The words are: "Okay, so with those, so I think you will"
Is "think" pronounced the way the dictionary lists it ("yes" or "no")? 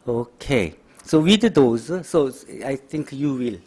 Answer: no